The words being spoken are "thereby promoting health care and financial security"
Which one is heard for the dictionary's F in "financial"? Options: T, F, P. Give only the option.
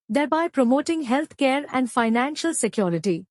F